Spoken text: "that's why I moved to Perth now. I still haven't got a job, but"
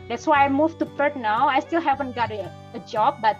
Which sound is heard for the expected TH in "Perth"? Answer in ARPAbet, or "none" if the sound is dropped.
T